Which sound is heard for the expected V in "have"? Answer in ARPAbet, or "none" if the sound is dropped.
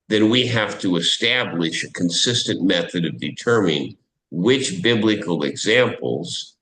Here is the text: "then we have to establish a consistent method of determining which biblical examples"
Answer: F